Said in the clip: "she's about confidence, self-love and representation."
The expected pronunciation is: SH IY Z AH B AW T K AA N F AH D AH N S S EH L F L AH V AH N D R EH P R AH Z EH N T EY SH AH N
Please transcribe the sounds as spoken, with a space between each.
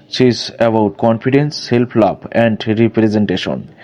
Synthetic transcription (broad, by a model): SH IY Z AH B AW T K AA N F AH D AH N S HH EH L P L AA B AH N D R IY P R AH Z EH N T EY SH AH N